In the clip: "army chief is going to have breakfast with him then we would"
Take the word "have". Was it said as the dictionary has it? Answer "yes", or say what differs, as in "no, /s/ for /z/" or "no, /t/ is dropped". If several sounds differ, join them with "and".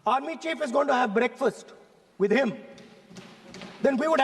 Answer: yes